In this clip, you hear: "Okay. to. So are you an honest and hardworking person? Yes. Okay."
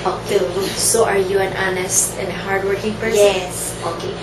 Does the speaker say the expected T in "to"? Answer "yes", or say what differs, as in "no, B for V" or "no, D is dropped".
no, S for T